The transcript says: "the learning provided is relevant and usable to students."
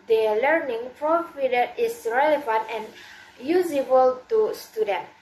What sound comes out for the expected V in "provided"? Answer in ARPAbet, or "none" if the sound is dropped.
F